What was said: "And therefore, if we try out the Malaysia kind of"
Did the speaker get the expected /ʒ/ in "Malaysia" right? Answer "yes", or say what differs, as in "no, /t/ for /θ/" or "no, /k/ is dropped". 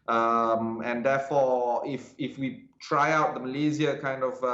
no, /z/ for /ʒ/